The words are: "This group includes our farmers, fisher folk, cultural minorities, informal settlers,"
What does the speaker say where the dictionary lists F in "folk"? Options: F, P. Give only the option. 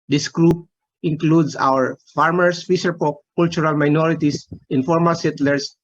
P